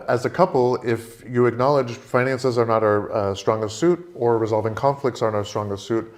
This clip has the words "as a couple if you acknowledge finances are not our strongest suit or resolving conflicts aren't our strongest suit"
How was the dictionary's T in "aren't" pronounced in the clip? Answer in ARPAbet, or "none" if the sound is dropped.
none